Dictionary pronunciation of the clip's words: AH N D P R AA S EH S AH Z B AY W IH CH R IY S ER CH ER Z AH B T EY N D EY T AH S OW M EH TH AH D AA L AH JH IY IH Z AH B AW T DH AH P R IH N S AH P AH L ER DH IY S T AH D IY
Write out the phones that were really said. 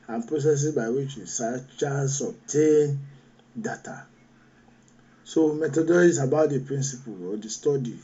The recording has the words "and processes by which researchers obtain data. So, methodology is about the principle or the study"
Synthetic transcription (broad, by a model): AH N P R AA S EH S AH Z B AY W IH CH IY S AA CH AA S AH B T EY N D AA T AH S OW M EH T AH D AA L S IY B AW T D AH P R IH N S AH P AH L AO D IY S T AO D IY